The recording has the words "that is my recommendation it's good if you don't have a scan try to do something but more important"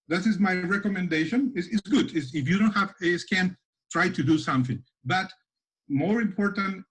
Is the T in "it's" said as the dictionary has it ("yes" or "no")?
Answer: no